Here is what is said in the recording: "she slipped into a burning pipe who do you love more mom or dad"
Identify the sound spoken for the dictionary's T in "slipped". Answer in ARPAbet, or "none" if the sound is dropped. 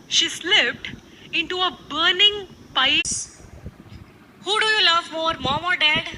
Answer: T